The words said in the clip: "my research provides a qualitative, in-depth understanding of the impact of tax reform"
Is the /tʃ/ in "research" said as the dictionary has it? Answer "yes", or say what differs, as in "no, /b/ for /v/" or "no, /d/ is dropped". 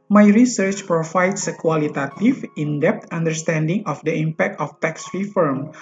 yes